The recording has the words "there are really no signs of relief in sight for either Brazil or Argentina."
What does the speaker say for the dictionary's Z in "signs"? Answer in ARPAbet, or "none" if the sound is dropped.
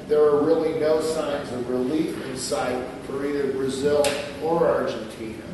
Z